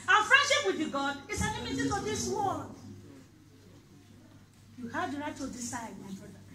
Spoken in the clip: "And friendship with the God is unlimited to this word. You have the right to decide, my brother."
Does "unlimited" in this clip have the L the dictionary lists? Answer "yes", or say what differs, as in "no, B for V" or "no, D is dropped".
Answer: no, L is dropped